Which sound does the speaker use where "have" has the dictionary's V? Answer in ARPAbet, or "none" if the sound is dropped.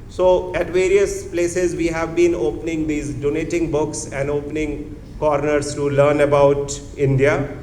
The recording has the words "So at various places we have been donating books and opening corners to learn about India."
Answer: V